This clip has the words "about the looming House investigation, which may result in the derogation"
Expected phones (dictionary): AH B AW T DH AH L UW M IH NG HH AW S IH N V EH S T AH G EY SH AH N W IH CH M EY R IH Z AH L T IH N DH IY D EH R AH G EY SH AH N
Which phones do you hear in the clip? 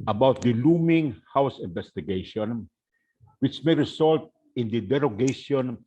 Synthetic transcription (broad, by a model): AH B AW T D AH L UW M IH NG HH AW S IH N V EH S T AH G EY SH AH N W IH CH M EY R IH S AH L T IH N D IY D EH R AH G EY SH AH N